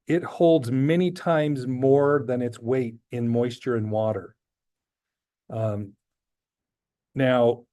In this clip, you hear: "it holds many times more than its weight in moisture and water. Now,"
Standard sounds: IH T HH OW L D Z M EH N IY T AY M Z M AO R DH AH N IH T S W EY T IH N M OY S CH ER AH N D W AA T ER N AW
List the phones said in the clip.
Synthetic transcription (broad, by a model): IH T HH OW L D Z M EH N IY T AY M Z M AO R DH AH N IH T S W EY T IH N M OY S CH ER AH N W AA T ER N AW